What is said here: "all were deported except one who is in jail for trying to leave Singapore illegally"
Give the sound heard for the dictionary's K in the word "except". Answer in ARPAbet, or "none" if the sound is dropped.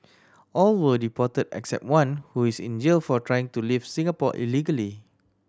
K